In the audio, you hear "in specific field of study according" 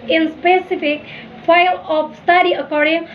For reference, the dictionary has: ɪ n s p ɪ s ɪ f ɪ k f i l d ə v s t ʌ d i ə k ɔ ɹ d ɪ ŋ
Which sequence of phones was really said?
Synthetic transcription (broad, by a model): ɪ n s p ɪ s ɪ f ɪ k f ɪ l ə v s t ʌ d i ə k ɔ ɹ d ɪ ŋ